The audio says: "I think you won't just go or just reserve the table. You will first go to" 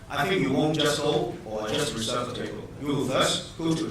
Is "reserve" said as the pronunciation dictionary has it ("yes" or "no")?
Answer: no